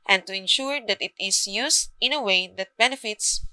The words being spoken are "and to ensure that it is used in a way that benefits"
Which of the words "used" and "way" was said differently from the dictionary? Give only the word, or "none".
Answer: used